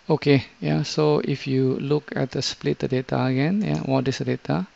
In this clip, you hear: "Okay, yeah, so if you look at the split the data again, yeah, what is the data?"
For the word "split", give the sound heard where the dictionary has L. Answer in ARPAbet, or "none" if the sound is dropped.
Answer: L